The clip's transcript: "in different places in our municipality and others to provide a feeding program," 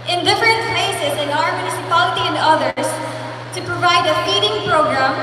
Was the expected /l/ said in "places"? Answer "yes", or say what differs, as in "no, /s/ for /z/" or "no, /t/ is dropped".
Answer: no, /l/ is dropped